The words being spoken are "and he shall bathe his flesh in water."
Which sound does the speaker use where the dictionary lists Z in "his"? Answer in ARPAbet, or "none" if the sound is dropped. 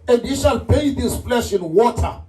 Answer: S